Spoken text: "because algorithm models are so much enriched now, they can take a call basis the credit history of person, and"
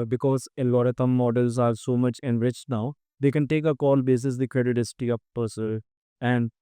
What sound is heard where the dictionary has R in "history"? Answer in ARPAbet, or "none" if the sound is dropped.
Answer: none